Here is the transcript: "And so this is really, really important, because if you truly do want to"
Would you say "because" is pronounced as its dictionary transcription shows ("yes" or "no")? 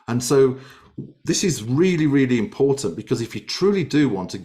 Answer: yes